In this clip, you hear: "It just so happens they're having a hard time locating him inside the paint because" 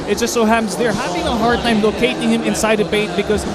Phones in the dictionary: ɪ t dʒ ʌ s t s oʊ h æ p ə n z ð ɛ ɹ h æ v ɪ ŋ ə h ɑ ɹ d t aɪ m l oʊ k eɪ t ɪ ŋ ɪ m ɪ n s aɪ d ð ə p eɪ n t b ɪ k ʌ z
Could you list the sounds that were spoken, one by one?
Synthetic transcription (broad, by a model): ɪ t dʒ ʌ s t s oʊ h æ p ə n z ð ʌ ɹ h æ v ɪ ŋ ə h ɑ ɹ d t aɪ m l oʊ k eɪ t ɪ ŋ ɪ m ɪ n s aɪ d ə b eɪ t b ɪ k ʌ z